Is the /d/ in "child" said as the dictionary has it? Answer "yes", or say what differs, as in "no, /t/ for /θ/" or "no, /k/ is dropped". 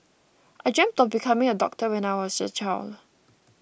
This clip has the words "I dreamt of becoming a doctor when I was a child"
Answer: no, /d/ is dropped